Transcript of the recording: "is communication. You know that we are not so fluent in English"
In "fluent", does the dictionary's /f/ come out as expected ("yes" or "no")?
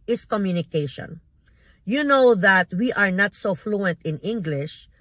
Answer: yes